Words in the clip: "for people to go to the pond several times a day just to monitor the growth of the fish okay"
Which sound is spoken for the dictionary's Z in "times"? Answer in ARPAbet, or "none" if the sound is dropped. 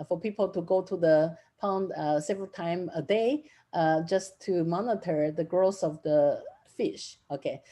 none